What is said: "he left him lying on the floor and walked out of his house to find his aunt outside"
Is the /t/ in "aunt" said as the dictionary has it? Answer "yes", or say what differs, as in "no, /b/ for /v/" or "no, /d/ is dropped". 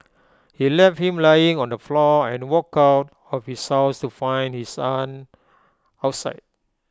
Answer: no, /t/ is dropped